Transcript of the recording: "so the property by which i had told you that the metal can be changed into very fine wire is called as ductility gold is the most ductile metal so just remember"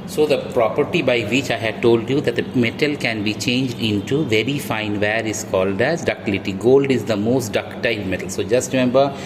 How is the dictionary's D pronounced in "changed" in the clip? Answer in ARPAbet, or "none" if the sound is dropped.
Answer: D